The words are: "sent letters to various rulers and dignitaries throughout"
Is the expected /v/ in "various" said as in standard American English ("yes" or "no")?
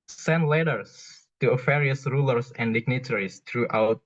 no